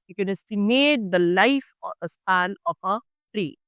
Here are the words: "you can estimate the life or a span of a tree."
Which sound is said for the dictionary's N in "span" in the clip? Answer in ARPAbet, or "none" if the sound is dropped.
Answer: L